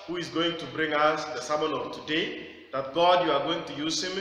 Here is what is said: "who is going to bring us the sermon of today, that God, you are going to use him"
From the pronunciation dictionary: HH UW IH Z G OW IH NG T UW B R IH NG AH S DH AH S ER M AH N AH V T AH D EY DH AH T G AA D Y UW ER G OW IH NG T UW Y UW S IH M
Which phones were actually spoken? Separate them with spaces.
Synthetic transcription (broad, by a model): HH UW IH Z G OW IH NG T UW B R IH NG AH S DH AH S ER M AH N AH V T AH D EY DH AH T G AA D Y UW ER G OW IH NG T UW Y UW S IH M